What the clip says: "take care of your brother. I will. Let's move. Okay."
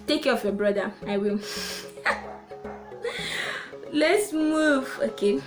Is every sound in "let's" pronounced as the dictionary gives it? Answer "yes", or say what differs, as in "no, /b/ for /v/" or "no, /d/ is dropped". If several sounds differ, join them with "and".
yes